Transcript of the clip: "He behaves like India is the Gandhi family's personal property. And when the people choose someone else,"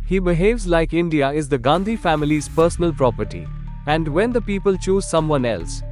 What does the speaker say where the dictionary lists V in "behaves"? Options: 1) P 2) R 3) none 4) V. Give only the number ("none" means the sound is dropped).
4